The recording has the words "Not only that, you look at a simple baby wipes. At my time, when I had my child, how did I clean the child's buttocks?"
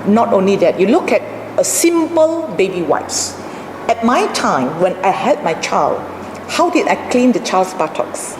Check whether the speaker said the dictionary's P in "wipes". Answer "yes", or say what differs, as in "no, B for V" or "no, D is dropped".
no, P is dropped